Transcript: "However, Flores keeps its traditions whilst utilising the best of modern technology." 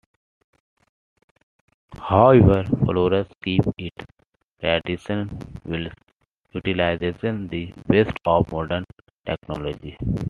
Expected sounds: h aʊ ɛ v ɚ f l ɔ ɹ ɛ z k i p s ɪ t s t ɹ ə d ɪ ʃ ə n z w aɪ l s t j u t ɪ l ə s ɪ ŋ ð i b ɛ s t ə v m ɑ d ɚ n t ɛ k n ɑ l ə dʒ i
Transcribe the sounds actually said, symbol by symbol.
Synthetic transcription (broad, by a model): h aʊ ɛ v ɚ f l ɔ ɹ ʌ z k i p ɪ t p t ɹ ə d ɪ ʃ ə n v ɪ l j t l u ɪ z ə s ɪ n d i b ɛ s t ə v m ɑ d ɚ n t ɛ k n ɑ l ə dʒ i